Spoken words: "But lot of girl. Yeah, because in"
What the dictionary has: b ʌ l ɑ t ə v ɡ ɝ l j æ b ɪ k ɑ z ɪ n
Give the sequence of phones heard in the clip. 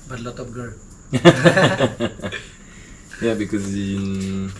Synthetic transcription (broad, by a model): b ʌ l ɑ t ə p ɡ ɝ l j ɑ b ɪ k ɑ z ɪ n